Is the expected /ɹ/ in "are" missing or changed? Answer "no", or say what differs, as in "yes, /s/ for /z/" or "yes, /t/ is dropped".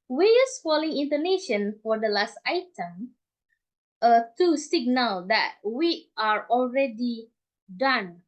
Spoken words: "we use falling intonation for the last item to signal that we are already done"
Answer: no